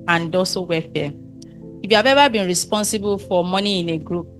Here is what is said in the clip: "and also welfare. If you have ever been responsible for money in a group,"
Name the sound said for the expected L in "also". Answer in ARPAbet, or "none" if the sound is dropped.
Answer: none